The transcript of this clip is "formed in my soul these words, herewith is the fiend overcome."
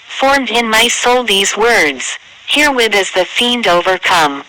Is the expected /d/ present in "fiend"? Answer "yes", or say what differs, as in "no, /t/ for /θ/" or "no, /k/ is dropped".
yes